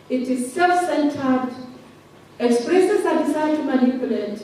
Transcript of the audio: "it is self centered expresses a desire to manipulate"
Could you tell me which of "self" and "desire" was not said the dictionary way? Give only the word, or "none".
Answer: desire